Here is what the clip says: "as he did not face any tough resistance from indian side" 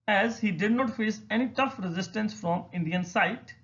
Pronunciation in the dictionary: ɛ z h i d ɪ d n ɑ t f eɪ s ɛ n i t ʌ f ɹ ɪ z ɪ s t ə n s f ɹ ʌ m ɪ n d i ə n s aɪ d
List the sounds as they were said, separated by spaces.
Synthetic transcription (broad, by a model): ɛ z h i d ɪ d n ɑ t f eɪ s ɛ n i t ʌ f ɹ ɪ z ɪ s t ə n s f ɹ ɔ m ɪ n d i ə n s aɪ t